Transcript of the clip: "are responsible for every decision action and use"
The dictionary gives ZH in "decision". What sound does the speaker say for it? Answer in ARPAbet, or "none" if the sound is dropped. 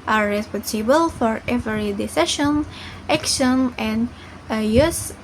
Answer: SH